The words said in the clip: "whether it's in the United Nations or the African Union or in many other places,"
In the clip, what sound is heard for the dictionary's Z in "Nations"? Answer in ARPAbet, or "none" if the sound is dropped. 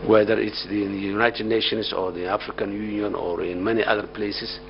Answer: S